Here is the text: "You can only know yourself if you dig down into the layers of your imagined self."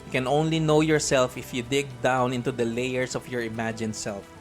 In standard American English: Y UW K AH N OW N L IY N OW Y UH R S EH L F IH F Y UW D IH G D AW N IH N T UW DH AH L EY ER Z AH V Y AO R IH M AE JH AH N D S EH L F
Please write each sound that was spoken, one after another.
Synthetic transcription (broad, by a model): K AH N OW N L IY N OW Y UH R S EH L F IH F Y UW D IH G D AW N IH N T UW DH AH L EY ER S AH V Y AO R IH M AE JH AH N S EH L F